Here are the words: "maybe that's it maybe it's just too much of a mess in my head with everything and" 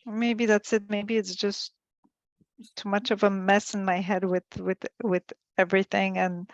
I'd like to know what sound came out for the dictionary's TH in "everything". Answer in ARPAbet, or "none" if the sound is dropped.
TH